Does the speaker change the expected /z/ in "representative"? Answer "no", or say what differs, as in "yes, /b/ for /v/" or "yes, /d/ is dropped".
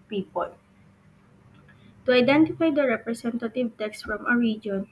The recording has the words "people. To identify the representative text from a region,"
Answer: yes, /s/ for /z/